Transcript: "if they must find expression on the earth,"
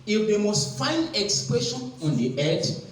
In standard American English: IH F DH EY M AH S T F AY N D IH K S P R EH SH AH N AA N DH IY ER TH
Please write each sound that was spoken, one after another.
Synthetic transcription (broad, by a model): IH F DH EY M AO S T F AY N D IH K S P R EH SH AH N AA N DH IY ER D